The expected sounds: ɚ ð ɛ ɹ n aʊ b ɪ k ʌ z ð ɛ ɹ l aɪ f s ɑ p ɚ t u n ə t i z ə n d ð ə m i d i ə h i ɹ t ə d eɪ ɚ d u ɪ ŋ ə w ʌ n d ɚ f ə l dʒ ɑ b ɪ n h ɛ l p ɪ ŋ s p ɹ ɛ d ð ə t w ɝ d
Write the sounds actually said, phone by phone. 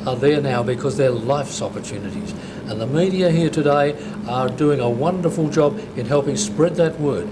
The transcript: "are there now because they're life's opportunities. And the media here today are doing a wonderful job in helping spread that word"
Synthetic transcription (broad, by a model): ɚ ð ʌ ɹ n aʊ b ɪ k ʌ z ð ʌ ɹ l aɪ f s ɑ p ɚ t u n ə t i z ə n ð ə m i d i ə h i ɹ t ə d eɪ ɚ d u ɪ ŋ ə w ʌ n d ɚ f ə l dʒ ɑ b ɪ n h ɛ l p ɪ ŋ s p ɹ ɛ d ð ə t w ɝ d